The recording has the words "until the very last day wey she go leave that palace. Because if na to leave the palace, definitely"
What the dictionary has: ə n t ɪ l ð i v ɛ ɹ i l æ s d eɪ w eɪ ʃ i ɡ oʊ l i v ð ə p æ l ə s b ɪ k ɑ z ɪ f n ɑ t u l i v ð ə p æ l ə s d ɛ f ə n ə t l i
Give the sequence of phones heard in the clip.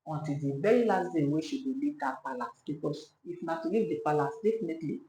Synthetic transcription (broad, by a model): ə n t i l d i b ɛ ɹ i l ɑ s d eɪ w eɪ ʃ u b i l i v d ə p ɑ l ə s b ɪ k ɑ s ɪ f n ɑ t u l i v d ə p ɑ l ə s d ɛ f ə n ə t l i